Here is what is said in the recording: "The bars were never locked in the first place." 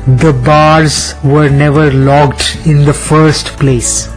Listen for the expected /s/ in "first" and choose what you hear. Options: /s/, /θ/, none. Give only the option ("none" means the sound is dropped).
/s/